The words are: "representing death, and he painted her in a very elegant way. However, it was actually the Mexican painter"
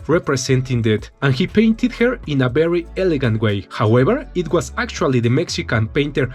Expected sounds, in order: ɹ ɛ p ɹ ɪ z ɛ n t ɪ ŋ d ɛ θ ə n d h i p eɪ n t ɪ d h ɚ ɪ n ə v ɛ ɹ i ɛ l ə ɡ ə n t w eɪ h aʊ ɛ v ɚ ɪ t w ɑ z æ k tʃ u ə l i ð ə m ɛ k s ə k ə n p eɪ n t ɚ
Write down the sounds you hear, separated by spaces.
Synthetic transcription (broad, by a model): ɹ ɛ p ɹ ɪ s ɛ n t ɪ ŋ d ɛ t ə n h i p eɪ n t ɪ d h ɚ ɪ n ə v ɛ ɹ i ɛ l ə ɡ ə n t w eɪ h aʊ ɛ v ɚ ɪ t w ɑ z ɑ k tʃ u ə l i ð ə m ɛ k s ə k ə n p eɪ n t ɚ